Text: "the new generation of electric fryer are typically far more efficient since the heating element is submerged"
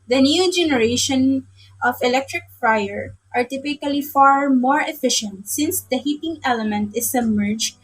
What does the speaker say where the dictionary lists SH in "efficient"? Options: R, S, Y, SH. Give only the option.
SH